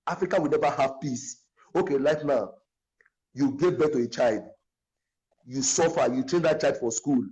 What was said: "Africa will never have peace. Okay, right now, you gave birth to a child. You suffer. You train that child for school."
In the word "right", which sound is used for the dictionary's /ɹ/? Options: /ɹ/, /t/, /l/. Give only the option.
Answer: /l/